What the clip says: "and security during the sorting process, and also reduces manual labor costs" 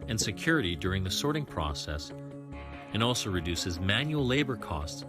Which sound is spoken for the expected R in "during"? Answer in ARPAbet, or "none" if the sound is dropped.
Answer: R